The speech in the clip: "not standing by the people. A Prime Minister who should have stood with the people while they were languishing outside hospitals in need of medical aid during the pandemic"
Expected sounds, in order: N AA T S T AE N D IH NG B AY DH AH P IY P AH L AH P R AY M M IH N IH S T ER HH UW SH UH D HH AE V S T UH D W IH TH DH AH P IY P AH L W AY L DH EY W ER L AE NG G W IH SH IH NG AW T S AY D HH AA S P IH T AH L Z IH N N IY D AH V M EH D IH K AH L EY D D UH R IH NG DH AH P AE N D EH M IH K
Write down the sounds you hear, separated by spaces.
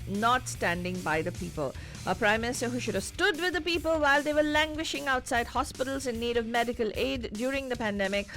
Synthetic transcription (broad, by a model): N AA T S T AE N D IH NG B AY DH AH P IY P AH L AH P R AY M M IH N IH S T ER HH UW SH UH D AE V S T UH D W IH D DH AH P IY P AH L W AY L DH EY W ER L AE NG G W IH SH IH NG AW T S AY D HH AA S P IH T AH L Z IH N N IY D AH V M EH D IH K AH L EY D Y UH R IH NG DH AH P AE N D EH M IH K